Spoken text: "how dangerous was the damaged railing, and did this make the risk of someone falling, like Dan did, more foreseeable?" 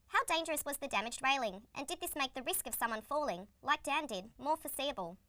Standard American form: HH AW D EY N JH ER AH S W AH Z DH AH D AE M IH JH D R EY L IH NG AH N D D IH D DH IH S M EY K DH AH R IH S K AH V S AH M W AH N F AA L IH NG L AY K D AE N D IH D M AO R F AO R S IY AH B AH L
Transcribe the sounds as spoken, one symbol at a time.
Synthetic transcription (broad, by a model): HH AW D EY N JH ER AH S W AH Z DH AH D AE M IH JH D R EY L IH NG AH N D D IH D DH IH S M EY K DH AH R IH S K AH V S AH M W AH N F AA L IH NG L AY K D AE N D IH D M AO R F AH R S IY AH B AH L